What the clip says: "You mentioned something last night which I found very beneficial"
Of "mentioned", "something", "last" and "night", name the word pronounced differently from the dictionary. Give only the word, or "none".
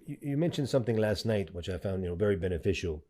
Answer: none